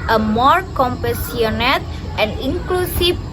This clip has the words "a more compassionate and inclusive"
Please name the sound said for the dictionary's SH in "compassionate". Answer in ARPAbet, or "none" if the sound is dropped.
S